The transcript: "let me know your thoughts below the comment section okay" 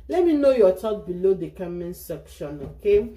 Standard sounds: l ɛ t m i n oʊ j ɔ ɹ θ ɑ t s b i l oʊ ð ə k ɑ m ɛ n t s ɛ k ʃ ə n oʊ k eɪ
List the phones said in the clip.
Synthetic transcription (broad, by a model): l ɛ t m i n oʊ j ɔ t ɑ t b i l oʊ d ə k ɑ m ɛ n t s ɛ k ʃ ə n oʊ k eɪ